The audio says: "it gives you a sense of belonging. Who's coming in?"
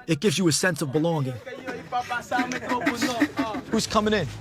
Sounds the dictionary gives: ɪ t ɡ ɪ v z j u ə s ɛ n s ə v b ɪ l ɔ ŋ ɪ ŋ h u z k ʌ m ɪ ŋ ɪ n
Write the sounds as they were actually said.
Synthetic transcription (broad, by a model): ɪ t ɡ ɪ v z j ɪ ə s ɛ n s ə v b ɪ l ɔ ŋ ɪ ŋ h u z k ʌ m ɪ ŋ ɪ n